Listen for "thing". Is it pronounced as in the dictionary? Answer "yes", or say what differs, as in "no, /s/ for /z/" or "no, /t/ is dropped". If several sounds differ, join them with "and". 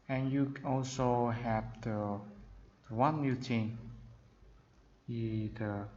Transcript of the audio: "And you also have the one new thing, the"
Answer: no, /t/ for /θ/